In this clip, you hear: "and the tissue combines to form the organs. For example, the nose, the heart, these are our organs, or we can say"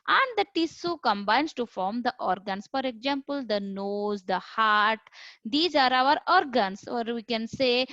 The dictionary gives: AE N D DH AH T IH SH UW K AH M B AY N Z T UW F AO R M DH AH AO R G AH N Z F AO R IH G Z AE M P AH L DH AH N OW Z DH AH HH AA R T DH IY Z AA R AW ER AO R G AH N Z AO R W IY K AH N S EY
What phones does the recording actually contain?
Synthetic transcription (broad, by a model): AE N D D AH T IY S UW K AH M B AY N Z T UW F AO R M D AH AO R G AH N S F AO R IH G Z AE M P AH L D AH N OW Z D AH HH AA R T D IY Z AA R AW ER AO R G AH N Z AO R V IY K AH N S EY